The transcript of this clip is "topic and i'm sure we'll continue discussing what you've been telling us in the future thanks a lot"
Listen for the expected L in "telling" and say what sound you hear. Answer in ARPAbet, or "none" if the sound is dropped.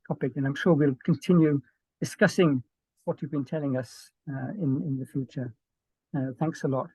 L